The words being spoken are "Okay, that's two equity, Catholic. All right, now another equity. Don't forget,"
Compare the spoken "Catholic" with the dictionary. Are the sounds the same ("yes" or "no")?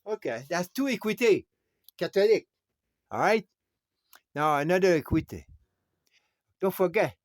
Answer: no